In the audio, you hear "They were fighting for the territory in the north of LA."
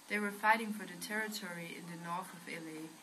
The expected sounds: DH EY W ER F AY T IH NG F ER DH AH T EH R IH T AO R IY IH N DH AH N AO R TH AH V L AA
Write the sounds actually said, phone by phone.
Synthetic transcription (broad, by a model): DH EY W ER F AY T IH NG F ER DH AH T EH R IH T AO R IY IH N DH AH N AO R TH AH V L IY